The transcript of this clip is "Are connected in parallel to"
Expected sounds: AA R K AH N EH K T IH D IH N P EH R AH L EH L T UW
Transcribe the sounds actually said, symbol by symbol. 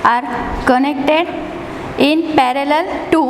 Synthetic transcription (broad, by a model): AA R K AH N EH K T IH D IH N P EH R AH L EH L T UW